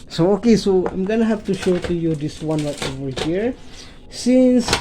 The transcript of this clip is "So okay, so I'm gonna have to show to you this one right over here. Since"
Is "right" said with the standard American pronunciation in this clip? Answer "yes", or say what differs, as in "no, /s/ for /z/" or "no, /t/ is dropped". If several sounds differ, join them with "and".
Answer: no, /l/ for /ɹ/